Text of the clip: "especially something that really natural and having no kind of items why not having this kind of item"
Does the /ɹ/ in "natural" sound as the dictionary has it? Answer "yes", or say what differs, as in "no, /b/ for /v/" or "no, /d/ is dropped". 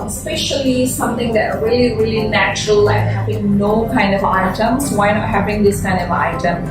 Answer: yes